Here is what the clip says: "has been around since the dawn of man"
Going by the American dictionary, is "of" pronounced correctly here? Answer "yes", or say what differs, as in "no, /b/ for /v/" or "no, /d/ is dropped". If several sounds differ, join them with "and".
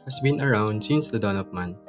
no, /p/ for /v/